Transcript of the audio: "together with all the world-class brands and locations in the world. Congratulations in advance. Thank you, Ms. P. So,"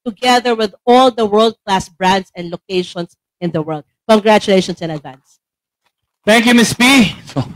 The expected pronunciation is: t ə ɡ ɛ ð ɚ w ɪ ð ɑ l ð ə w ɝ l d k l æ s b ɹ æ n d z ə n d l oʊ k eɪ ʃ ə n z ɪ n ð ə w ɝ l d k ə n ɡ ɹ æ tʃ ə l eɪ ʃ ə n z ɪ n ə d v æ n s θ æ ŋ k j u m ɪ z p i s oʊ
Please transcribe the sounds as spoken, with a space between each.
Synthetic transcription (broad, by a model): t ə ɡ ɛ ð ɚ w ɪ ð ɑ l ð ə w ɝ l d k l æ s b ɹ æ n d s ə n d l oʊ k eɪ ʃ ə n s ɪ n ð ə w ɝ l d k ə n ɡ ɹ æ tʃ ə l eɪ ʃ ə n s ɪ n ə d v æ n s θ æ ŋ k j u m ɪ s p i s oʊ